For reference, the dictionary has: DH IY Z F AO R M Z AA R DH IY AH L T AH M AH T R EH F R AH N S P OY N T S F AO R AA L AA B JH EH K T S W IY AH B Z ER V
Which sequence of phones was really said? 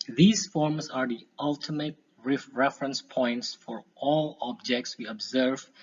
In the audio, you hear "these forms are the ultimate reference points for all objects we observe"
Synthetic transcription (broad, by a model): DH IY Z F AO R M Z AA R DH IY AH L T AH M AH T R EH F R AH N S P OY N T S F AO R AA L AA B JH EH K T S W IY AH B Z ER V